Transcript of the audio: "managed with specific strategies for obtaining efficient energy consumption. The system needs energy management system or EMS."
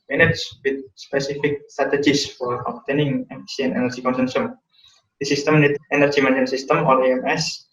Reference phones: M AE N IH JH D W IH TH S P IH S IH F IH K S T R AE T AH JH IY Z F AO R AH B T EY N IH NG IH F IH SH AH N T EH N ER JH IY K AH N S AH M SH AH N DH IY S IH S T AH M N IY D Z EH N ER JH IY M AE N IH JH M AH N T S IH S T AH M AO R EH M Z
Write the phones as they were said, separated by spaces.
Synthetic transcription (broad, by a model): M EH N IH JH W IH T S P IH S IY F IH K S T R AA T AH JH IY S F AO R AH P T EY N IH NG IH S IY AH N EH N ER JH IY K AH N S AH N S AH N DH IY S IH S T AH M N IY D EH N ER JH IY M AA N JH AH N S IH S T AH M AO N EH M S